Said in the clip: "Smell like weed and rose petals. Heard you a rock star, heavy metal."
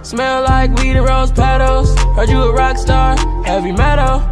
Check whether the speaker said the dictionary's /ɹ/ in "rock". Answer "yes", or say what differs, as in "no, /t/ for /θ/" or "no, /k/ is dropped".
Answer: yes